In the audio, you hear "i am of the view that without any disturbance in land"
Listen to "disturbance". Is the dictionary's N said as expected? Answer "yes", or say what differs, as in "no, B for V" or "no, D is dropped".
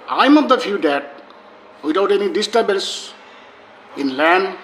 no, L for N